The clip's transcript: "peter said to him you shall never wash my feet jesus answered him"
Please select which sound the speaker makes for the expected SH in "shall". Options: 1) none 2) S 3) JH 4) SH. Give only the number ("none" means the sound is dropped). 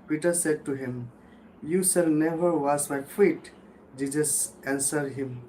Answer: 2